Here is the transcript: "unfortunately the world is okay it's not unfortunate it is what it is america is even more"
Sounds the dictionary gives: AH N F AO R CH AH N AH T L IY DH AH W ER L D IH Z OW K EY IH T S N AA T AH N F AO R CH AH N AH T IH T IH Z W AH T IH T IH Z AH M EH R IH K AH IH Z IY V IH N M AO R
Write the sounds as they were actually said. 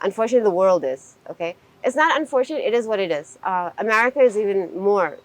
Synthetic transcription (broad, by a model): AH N F AO R CH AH N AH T DH AH W ER L D IH Z OW K EY IH T S N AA T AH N F AO R CH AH N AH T IH T IH Z W AH T IH T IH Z AH M EH R IH K AH IH Z IY V IH N M AO R